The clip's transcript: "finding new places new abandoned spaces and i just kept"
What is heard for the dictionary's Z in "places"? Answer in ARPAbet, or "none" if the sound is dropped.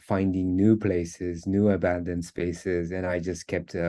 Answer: Z